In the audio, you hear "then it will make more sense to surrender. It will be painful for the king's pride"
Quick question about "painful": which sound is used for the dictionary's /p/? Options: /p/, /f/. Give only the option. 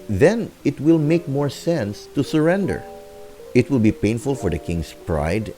/p/